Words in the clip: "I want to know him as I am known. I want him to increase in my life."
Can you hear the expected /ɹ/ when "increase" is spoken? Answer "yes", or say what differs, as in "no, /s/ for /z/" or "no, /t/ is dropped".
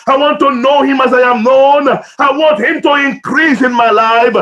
yes